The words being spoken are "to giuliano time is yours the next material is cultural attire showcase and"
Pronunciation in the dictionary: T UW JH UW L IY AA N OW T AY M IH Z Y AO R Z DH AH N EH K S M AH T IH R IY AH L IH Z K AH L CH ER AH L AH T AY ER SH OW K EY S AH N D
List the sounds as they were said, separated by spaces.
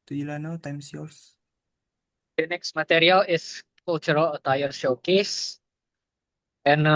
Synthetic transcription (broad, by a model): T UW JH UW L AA N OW T AY M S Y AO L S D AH N EH K S M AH T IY R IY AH L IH S K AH L CH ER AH L AH T AY ER SH OW K EY S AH N